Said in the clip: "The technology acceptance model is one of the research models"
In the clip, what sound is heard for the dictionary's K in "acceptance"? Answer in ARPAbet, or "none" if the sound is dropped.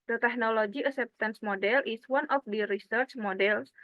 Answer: none